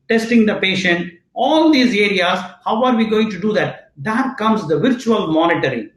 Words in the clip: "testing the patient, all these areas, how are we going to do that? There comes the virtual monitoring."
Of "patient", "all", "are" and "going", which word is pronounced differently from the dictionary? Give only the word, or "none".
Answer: none